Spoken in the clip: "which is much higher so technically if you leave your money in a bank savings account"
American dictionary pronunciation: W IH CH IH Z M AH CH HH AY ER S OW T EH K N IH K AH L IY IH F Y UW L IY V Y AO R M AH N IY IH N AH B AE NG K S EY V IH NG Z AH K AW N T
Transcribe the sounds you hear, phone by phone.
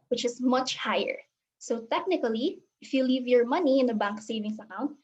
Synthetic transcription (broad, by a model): W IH CH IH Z M AH CH HH AY ER S OW T EH K N IH K AH L IY IH F Y UW L IY V Y AO R M AH N IY IH N AH B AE NG K S EY V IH NG S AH K AW N T